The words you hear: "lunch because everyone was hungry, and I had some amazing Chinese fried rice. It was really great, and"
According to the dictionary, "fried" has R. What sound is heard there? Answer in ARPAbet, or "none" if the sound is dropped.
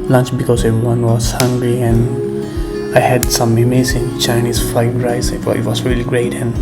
none